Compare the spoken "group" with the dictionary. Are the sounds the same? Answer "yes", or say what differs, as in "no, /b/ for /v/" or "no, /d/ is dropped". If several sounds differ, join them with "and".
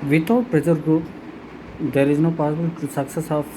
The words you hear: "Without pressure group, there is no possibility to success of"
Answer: no, /ɹ/ is dropped